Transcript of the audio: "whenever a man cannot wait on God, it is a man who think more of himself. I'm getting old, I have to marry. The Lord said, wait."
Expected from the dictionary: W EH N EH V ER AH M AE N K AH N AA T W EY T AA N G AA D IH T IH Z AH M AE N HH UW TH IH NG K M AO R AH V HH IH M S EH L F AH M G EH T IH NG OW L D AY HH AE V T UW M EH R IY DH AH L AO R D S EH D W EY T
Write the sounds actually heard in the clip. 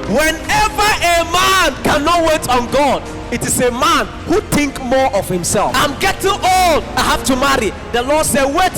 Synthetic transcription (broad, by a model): W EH N EH V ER AH M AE N K AH N AA T W EY T AA N G AA D IH T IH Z AH M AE N HH UW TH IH NG K M AO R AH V HH IH M S EH L F AH M G EH T IH NG OW L D AY HH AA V T UW M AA R IY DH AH L AO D S EH D W EY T